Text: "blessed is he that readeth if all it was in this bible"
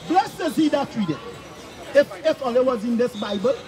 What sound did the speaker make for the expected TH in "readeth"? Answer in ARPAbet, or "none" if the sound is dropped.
F